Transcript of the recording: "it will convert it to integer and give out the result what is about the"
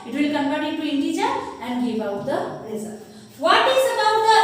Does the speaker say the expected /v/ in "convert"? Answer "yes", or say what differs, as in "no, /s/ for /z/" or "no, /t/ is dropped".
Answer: no, /p/ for /v/